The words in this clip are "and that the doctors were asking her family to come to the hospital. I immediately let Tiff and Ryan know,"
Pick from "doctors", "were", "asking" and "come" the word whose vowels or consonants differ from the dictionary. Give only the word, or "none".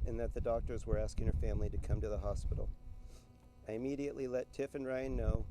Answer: none